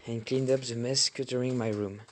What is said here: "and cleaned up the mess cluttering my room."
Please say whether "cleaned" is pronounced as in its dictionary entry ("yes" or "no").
yes